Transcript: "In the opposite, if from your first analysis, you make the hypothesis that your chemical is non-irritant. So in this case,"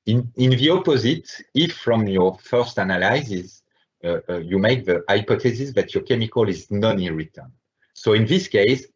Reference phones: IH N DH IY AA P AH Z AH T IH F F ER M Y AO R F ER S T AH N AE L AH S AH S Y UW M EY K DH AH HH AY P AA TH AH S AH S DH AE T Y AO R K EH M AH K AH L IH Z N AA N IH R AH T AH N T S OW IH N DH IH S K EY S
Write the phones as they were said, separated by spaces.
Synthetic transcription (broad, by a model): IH N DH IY AA P AH Z AH T IH F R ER M Y AO R F ER S T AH N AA L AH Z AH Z Y UW M EY K DH AH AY P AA T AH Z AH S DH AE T Y AO R K EH M AH K AH L IH Z N AA N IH R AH T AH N S OW IH N DH IH S K EY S